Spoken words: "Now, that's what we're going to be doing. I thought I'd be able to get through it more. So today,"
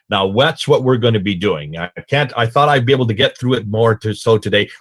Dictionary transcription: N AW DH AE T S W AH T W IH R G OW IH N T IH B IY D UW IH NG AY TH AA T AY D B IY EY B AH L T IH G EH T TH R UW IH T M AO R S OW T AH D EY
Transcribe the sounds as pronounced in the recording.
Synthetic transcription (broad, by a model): N AW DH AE T S W AH T W IH R G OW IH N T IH B IY D UW IH NG AY TH AA T AY D B IY EY B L T IH G EH T TH R UW IH T M AO R S OW T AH D EY